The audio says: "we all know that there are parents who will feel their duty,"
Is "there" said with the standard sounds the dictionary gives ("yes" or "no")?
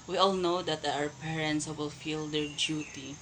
no